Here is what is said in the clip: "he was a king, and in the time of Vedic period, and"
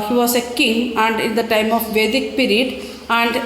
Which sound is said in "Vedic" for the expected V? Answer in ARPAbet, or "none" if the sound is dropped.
V